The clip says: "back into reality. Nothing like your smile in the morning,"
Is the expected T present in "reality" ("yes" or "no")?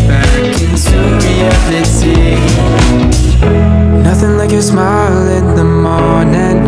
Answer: no